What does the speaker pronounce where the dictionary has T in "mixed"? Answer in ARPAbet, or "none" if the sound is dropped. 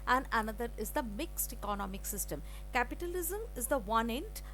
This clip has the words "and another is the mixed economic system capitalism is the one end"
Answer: T